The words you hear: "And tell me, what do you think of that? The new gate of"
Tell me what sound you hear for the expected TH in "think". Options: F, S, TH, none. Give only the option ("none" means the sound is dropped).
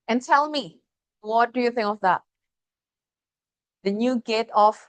TH